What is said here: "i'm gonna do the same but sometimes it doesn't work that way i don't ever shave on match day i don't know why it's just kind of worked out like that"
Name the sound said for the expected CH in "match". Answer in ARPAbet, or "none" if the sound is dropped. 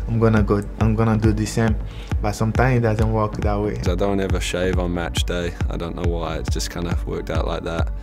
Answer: CH